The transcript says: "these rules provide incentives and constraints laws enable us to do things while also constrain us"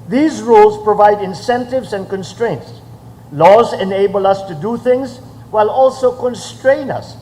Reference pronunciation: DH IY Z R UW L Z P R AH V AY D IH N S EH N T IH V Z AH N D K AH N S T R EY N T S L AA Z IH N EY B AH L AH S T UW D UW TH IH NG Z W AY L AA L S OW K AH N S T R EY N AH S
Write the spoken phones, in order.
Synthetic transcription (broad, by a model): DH IY Z R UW L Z P R AH V AY D IH N S EH N T IH V Z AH N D K AH N S T R EY N T S L AA Z IH N EY B AH L AH S T UW D UW TH IH NG Z W AY L AA L S OW K AH N S T R EY N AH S